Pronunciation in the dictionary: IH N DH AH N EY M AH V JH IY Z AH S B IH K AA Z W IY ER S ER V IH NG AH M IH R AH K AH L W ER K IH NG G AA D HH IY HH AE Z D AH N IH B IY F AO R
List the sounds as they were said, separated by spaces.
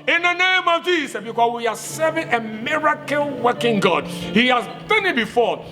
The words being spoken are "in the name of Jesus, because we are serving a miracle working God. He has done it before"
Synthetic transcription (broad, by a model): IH N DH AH N EY M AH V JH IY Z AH B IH K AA S W IY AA S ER V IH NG AH M IH R AH K AH L W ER K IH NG G AA D HH IY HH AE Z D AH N IH B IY F AO